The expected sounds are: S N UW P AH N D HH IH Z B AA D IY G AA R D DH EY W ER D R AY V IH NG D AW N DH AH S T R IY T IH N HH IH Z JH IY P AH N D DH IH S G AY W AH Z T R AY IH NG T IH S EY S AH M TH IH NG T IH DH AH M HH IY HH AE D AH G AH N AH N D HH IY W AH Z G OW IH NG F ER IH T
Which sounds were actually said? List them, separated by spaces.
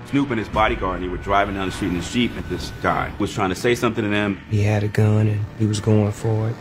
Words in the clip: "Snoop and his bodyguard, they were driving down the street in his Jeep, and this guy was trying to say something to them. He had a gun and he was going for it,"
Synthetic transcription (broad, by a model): S N UW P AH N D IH Z B AA D IY G AA R D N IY W ER D R AY V IH NG D AW N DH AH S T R IY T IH N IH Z SH IY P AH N DH IH S G AY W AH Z T R AY IH NG T IH S EY S AH M TH IH NG T IH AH M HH IY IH D AH G AH N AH N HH IY W AH Z G OW IH NG F ER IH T